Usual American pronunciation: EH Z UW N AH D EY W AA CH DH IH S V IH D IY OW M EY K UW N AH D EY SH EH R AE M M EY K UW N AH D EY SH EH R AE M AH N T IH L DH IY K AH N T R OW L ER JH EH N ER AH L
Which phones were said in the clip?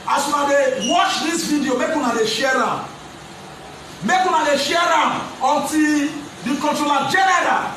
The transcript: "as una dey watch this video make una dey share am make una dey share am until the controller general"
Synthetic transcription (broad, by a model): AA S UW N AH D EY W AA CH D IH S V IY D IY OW M EY K UW N AH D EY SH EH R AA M M EY K UW N AH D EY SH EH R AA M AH T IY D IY K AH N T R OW L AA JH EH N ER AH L